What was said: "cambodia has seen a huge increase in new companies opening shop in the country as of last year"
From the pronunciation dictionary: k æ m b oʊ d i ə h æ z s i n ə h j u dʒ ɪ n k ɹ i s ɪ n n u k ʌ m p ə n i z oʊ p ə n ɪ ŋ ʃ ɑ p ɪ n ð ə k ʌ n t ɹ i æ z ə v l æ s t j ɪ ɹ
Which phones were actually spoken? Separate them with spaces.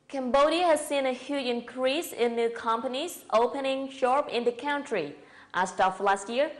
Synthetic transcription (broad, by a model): k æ m b oʊ d i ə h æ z s i n ə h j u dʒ ɪ n k ɹ i s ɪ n n u k ʌ m p ə n i z oʊ p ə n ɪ ŋ ʃ ɑ p ɪ n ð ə k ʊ n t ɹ i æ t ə f l æ s t j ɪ ɹ